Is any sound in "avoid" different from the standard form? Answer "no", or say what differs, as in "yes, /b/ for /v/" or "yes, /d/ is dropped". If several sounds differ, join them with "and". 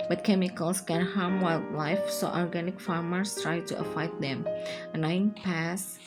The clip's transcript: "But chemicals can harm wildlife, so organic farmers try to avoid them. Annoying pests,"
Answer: yes, /f/ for /v/